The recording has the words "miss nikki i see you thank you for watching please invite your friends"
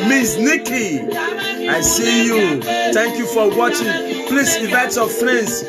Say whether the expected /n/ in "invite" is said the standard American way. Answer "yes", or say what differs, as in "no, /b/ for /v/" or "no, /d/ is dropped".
no, /n/ is dropped